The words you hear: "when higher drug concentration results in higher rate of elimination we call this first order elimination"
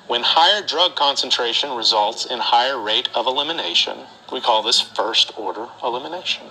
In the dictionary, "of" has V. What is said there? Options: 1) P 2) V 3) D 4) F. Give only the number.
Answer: 2